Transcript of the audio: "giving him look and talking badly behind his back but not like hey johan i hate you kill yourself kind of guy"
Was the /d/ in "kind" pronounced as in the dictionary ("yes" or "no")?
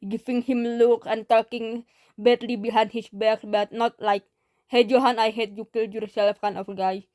no